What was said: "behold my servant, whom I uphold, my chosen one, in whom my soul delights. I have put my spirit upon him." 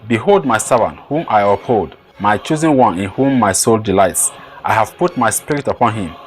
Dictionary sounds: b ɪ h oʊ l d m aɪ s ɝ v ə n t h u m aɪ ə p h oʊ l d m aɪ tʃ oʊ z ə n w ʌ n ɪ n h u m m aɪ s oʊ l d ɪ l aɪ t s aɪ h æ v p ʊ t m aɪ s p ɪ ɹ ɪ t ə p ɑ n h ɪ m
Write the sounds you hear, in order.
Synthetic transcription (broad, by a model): b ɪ h oʊ l d m aɪ s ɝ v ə n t h u m aɪ ə p h oʊ l d m aɪ tʃ oʊ z ə n w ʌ n ɪ n h u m m aɪ s oʊ l d ɪ l aɪ t s aɪ h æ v p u t m aɪ s p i ɹ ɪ t ə p ɑ n h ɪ m